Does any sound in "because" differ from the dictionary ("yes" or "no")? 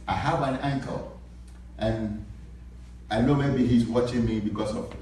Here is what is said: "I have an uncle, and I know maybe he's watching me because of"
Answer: yes